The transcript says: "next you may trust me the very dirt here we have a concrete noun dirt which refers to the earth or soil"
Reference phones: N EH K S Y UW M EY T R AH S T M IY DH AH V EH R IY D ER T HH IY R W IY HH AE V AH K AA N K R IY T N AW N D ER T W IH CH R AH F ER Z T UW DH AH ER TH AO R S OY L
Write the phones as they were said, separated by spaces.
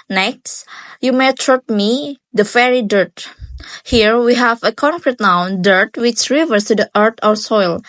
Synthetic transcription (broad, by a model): N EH K S Y UW M EY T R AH T M IY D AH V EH R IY D ER T HH IY R W IY HH AE V AH K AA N K R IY T N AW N D ER T W IH CH R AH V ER S T UW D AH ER T AO R S OY L